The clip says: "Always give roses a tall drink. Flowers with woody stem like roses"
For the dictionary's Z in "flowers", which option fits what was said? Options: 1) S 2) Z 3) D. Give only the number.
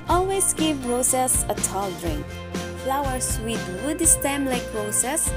1